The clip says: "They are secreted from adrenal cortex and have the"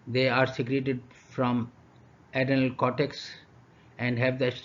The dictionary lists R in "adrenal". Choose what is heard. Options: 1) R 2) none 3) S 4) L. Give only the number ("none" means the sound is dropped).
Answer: 2